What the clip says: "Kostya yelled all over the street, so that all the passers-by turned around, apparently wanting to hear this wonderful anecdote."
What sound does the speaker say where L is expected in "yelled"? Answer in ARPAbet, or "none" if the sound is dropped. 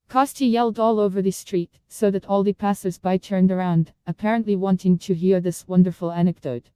L